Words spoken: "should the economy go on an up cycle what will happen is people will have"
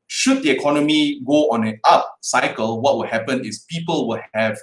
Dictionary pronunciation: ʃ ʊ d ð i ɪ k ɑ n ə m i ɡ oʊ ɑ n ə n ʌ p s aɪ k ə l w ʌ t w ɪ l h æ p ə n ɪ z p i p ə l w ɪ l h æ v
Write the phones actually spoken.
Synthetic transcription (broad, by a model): ʃ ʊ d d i ɪ k ɑ n ə m i ɡ oʊ ɑ n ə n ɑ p s aɪ k ə l w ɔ t w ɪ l h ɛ p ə n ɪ s p i p ə l w ɪ l h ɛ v